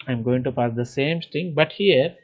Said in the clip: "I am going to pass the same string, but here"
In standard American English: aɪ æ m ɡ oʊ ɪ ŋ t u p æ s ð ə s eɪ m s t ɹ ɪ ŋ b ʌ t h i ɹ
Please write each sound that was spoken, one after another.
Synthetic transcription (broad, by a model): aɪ m ɡ oʊ ɪ ŋ t u p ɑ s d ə s eɪ m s t ɪ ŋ b ʌ t h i ɹ